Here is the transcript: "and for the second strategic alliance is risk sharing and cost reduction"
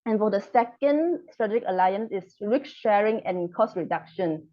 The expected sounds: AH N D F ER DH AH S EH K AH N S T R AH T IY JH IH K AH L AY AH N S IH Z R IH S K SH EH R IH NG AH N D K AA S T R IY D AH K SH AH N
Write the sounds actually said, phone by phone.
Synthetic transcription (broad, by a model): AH N F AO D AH S EH K AH N S T R AH T IY JH IH K AH L AY AH N S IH S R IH K SH EH R IH NG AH N K AA S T R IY D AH K SH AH N